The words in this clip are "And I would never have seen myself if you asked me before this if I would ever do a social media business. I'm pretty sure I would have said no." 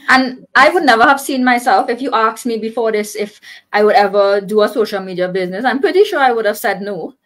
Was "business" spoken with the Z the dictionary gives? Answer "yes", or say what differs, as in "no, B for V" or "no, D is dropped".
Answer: yes